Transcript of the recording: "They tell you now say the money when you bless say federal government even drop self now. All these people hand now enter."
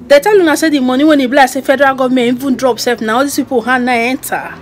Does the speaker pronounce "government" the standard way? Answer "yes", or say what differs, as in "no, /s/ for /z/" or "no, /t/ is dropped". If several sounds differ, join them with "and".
no, /t/ is dropped